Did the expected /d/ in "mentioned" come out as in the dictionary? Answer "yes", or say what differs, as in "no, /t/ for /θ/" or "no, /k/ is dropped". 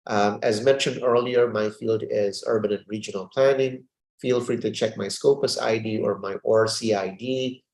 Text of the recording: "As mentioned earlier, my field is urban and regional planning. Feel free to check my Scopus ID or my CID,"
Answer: yes